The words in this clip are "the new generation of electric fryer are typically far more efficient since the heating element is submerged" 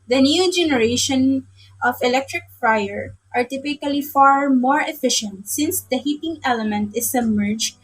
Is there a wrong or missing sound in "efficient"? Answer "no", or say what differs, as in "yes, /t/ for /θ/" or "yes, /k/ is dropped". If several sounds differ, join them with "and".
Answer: no